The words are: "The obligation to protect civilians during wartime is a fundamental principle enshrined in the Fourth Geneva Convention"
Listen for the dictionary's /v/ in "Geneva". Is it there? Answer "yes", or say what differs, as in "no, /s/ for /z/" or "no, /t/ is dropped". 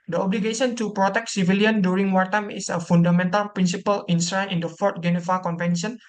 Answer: no, /f/ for /v/